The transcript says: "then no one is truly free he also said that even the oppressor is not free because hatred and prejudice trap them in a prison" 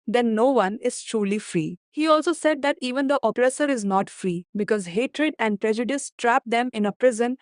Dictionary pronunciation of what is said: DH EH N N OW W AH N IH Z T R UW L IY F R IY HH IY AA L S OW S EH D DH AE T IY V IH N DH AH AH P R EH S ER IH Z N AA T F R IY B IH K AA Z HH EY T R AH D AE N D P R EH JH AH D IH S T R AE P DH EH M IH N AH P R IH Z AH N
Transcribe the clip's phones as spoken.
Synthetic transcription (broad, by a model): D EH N N OW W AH N IH Z T R UW L IY F R IY HH IY AA L S OW S EH D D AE T IY V IH N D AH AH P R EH S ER IH Z N AA T F R IY B IH K AA Z HH EY T R AH D AE N D P R EH JH AH D IH S T R AE P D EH M IH N AH P R IH Z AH N